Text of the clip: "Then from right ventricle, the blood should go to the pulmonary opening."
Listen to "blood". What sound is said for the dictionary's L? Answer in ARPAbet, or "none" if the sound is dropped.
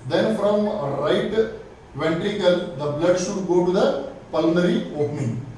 L